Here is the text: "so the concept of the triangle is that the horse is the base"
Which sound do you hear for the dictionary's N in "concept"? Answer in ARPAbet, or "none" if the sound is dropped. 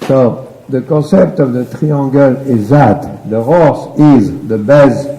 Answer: none